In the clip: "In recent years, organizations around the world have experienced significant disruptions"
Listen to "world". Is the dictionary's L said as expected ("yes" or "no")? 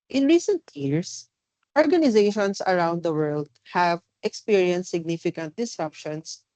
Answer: yes